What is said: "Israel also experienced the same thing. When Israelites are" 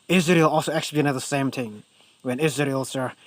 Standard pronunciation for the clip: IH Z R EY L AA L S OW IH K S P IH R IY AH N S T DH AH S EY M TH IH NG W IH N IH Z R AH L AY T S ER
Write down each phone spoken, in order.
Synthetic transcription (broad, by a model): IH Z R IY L AA L S OW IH K S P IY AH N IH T DH AH S EY M T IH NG W IH N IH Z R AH L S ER